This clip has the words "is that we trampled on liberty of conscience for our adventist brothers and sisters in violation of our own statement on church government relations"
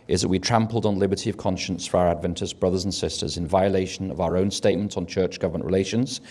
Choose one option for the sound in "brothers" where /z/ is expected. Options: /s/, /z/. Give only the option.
/z/